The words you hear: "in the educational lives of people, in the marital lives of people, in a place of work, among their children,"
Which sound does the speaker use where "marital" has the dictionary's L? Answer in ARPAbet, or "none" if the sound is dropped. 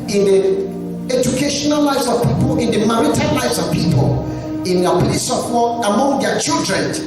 N